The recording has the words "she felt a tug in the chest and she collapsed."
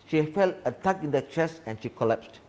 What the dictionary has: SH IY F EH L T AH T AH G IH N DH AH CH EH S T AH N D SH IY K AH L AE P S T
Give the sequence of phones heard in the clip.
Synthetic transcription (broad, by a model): SH IY F EH L T AH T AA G IH N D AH CH EH S AH N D SH IY K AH L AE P S T